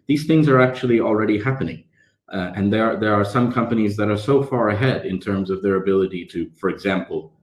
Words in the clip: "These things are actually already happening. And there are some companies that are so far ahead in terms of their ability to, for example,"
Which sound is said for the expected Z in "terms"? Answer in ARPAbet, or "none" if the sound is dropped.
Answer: Z